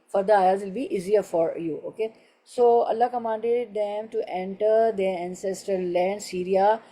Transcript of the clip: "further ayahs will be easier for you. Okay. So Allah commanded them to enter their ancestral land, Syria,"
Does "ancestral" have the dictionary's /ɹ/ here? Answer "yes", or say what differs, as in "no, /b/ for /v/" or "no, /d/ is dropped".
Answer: no, /ɹ/ is dropped